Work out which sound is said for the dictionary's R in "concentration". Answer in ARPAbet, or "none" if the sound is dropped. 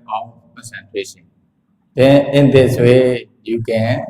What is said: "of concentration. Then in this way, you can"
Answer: W